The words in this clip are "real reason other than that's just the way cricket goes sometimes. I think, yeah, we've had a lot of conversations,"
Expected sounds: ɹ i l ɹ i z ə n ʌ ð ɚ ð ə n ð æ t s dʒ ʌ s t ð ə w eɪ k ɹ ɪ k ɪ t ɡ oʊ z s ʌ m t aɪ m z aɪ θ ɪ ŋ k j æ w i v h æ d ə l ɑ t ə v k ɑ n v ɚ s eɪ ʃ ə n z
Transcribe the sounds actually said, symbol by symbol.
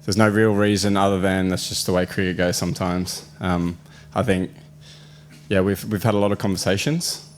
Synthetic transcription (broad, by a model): ɹ i l ɹ i z ə n ʌ ð ɚ ð ə n ð æ t s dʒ ʌ s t ð ə w eɪ k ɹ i ɪ ɡ oʊ z s ʌ m t aɪ m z aɪ θ ɪ ŋ k j æ w i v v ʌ d ə l ɑ t ə v k ɑ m v ɚ s eɪ ʃ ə n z